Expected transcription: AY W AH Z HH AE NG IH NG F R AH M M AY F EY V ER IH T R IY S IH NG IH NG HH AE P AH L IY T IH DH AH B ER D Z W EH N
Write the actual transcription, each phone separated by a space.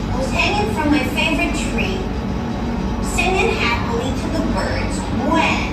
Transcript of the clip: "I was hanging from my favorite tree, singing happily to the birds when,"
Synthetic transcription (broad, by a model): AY W AH Z HH AE NG IH NG F R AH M M AY F EY V ER IH T R IY S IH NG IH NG HH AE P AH L IY T IH DH AH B ER D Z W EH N